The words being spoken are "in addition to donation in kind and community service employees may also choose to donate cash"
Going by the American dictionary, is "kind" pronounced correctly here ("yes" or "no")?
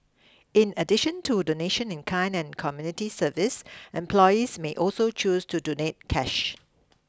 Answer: no